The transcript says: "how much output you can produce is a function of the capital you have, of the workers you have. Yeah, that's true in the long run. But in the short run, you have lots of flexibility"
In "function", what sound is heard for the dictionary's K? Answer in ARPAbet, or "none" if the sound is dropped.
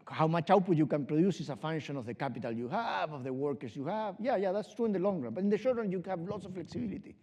none